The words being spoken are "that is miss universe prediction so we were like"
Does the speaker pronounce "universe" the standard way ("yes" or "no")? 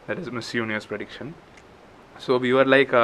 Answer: no